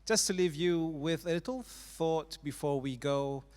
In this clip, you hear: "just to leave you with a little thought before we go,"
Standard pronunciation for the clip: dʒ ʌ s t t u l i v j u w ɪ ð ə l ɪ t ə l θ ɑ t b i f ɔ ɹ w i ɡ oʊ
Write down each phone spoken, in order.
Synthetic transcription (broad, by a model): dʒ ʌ s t t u l i v j u w ɪ ð ə l ɪ t ə l θ ɑ t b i f ɔ ɹ w i ɡ oʊ